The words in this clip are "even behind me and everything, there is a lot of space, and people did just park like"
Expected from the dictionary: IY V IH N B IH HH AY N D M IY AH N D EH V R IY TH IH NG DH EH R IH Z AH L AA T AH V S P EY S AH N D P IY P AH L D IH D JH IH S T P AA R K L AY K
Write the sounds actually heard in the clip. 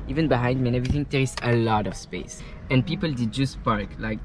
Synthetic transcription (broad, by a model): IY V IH N B IH HH AY N D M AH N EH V R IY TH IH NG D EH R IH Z AH L AA T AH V S P EY S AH N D P IY P AH L D IH D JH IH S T P AA R K L AY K